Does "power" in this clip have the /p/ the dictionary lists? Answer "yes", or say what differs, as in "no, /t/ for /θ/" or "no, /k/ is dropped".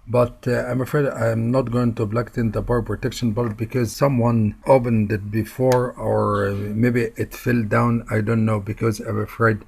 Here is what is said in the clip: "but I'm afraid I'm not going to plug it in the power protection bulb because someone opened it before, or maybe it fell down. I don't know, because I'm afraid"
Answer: no, /b/ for /p/